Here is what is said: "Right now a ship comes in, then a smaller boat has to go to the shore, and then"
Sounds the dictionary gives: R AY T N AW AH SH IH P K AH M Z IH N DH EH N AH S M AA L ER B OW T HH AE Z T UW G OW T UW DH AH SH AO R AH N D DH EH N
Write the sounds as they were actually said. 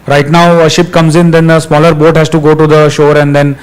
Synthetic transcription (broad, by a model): R AY T N AW AH SH IH P K AH M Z IH N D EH N AH S M AA L ER B OW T HH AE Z T UW G OW T UW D AH SH AO R AH N D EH N